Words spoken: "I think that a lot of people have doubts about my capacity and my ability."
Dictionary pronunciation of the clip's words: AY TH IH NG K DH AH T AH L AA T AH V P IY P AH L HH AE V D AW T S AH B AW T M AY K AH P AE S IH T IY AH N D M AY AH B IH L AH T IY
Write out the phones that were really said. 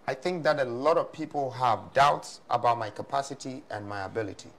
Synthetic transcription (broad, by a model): AY TH IH NG K DH AH T AH L AA T AH V P IY P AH L HH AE V D AW T S AH B AW T M AY K AH P AE S IH T IY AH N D M AY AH B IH L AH T IY